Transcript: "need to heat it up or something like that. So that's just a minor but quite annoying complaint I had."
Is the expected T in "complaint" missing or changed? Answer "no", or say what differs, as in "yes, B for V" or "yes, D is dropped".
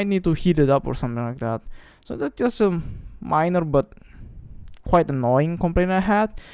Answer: yes, T is dropped